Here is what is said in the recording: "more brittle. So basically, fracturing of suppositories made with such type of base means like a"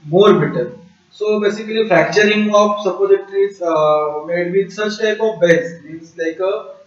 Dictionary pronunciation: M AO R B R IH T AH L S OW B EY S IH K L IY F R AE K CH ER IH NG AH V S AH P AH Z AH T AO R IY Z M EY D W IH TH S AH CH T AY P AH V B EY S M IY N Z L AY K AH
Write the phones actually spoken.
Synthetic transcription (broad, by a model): M AO R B IH T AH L S OW B EY S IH K L IY F R AE K CH ER IH NG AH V S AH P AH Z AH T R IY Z M EY D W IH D S AH CH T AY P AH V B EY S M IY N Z L AY K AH